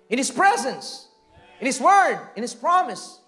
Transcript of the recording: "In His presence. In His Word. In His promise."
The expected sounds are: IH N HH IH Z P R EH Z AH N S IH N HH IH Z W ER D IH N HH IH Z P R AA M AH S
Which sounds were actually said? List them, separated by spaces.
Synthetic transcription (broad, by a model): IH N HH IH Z P R EH Z AH N S IH N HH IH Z W ER D IH N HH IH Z P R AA M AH S